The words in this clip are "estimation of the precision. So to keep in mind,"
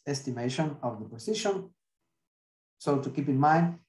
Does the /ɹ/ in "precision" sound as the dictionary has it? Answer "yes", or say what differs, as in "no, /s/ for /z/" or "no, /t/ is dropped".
no, /ɹ/ is dropped